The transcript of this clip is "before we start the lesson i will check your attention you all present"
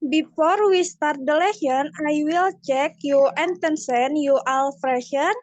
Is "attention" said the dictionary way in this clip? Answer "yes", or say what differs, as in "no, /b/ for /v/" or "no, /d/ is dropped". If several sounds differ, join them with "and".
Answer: no, /s/ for /ʃ/